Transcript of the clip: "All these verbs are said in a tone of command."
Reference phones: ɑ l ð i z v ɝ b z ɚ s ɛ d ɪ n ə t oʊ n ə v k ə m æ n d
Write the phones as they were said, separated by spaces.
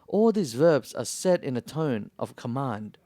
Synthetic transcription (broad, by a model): ɑ l ð i z v ɝ b z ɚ s ɛ d ɪ n ə t oʊ n ə v k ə m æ n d